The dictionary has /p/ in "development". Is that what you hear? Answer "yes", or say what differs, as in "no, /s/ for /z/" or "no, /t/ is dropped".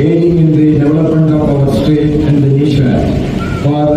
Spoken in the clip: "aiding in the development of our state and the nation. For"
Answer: yes